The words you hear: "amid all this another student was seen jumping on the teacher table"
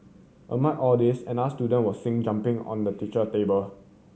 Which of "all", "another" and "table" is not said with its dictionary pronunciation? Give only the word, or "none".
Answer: another